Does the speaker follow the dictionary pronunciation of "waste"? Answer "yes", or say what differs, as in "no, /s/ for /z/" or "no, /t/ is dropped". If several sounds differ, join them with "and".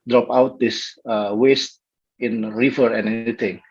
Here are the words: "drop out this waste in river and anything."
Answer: yes